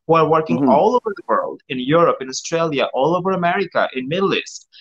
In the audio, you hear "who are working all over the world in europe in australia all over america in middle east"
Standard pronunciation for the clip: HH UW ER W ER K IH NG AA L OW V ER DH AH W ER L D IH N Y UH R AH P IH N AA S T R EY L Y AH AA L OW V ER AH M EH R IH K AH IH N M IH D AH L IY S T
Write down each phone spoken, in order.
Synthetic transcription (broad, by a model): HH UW ER W ER K IH NG AA L OW V ER DH AH W ER L D IH N Y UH R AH P IH N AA S T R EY L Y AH AA L OW V ER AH M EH R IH K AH IH N M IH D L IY S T